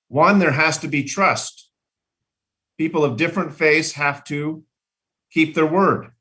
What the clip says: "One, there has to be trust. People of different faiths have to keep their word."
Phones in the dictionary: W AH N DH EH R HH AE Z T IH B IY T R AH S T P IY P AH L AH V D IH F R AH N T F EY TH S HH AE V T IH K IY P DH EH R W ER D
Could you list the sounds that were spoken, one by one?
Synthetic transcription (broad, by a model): W AH N DH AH R HH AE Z T IH B IY T R AH S T P IY P L AH V D IH F R AH N T F EY S HH AE F T IH K IY P DH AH R W ER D